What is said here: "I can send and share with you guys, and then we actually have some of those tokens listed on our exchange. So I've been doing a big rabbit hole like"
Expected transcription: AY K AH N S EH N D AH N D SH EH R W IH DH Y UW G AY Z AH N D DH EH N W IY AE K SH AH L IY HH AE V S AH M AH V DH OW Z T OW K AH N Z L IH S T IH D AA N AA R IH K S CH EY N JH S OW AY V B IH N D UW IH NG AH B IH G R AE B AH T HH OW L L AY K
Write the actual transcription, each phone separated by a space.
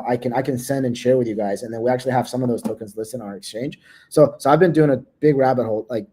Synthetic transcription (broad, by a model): AY K AH N S EH N D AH N SH EH R W IH DH Y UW G AY Z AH N DH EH N W IY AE K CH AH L IY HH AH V S AH M AH V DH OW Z T OW K AH N Z L IH S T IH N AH R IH K S CH EY N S S OW AY V B IH N D UW IH NG AH B IH G R AE B AH T HH OW L L AY K